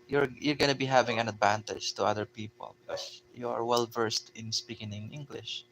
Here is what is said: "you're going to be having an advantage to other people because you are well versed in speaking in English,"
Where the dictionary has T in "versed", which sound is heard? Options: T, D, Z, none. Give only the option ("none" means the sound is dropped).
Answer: T